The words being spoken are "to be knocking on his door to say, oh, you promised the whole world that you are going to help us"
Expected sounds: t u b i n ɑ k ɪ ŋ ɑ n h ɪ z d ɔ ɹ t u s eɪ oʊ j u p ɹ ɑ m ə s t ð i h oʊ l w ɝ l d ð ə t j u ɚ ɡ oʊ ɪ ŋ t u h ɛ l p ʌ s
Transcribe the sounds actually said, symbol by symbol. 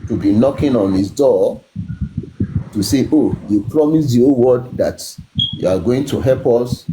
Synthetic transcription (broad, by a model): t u b i n ɑ k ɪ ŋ ɑ n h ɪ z d ɔ t u s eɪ oʊ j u p ɹ ɑ m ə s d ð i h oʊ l w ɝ d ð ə t j u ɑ ɡ oʊ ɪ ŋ t u h ɛ l p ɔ s